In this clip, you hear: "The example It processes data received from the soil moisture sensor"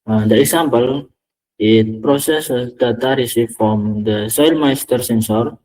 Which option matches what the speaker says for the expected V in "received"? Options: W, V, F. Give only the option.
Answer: F